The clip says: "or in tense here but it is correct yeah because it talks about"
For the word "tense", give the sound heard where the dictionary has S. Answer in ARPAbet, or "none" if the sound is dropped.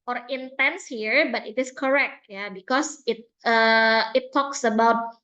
S